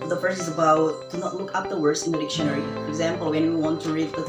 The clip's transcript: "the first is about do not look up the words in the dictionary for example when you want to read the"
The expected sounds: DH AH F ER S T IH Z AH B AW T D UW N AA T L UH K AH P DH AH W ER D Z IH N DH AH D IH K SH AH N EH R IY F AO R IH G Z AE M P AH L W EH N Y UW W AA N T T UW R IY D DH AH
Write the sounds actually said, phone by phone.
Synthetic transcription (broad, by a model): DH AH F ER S IH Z AH B AW T D UW N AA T L UH K AH P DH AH W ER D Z IH N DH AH D IH K SH AH N EH R IY F AO R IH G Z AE M P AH L W EH N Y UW W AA N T T UW R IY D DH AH